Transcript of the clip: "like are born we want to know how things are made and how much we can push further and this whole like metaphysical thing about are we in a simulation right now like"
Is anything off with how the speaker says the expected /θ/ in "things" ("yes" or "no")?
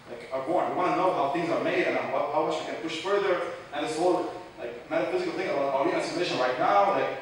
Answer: no